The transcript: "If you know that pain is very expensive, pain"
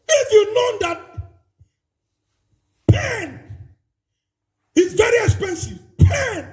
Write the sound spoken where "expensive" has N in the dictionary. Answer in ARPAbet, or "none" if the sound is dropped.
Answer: N